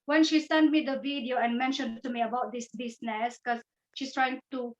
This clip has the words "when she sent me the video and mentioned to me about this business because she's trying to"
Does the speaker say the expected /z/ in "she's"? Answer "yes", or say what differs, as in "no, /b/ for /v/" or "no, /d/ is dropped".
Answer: no, /s/ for /z/